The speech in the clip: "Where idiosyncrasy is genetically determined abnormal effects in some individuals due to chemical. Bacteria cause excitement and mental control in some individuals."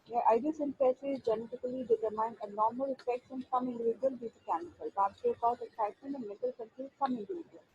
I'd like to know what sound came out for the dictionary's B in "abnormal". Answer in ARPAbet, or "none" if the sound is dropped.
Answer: none